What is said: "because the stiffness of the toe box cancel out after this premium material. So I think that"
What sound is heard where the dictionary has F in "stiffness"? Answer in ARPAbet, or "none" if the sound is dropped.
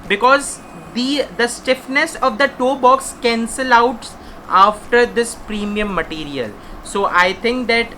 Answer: F